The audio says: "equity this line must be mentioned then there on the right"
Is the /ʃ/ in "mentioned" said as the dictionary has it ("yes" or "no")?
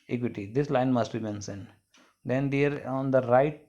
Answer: no